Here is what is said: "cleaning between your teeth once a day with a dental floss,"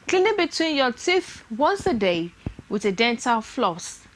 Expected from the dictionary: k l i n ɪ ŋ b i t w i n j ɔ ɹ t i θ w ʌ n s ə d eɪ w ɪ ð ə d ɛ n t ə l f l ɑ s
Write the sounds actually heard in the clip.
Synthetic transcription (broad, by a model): k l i n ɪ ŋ b i t w i n j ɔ t i θ w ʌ n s ə d eɪ w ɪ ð ə d ɛ n t ə l f l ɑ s